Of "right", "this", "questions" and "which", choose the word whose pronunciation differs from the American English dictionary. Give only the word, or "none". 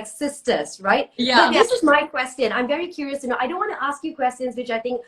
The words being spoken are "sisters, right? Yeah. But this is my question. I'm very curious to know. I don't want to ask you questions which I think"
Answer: none